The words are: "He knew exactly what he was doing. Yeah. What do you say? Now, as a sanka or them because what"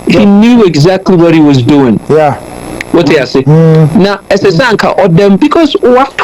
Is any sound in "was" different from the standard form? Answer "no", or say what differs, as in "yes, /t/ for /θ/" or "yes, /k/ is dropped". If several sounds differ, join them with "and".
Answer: no